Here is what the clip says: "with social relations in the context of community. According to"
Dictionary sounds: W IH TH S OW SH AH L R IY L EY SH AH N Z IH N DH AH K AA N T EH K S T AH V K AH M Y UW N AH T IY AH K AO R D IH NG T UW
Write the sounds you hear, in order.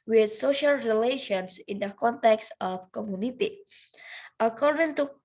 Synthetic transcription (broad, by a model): W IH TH S OW SH AH L R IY L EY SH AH N S IH N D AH K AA N T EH K S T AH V K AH M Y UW N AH T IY AH K AO R D IH NG T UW